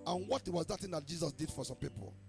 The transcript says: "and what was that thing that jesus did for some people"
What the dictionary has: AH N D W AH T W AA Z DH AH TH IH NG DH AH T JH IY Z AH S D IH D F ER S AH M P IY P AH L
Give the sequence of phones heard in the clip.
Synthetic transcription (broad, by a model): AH N W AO T W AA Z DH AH T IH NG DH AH T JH IY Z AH S D IH D F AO S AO M P IY P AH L